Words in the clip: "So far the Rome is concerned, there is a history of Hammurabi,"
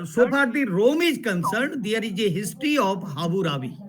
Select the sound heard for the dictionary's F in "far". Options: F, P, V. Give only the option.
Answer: P